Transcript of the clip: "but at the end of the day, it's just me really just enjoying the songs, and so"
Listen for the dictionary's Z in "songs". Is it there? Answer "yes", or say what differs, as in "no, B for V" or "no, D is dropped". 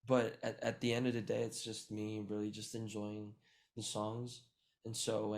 yes